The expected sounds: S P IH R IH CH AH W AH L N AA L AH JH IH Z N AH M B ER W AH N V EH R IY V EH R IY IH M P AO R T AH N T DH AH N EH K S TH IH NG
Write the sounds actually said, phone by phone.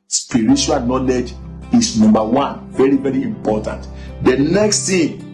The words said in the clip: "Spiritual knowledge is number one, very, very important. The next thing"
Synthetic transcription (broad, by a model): S P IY R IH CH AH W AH L N AA L AH JH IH S N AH M B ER W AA N V EH R IY V EH R IY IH M P AO T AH N T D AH N EH K S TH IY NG